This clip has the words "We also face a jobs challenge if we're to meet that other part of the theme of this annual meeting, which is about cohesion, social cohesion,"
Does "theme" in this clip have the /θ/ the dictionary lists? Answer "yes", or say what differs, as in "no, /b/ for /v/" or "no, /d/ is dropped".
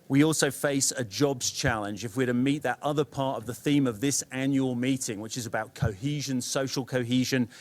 yes